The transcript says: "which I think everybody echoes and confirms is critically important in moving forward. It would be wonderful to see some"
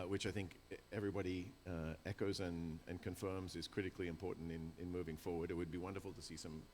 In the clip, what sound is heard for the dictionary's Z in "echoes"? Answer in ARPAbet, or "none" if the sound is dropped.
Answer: Z